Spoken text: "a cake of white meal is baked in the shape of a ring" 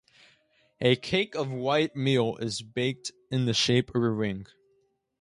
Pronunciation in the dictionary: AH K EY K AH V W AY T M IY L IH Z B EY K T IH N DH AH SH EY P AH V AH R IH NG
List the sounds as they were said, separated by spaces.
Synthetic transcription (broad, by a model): AH K EY K AH V W AY T M IY L IH Z B EY K T IH N DH AH SH EY AH P AH R IH NG